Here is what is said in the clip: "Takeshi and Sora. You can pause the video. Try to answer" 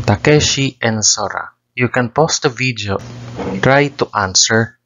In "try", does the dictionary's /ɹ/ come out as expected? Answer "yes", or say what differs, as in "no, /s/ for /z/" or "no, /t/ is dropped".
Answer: yes